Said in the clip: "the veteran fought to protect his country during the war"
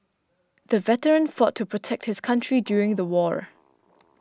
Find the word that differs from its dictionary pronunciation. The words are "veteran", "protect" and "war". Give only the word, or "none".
none